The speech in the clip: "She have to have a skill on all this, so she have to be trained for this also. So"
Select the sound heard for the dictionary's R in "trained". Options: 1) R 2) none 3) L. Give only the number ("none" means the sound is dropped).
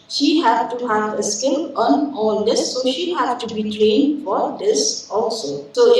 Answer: 3